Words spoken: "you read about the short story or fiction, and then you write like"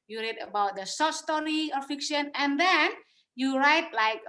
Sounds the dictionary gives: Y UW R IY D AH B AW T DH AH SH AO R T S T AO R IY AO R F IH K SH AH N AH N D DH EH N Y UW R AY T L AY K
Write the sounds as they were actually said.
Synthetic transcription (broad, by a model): Y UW R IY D AH B AW T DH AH S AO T S T AO R IY AO R F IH K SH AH N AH N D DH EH N Y UW R AY T L AY K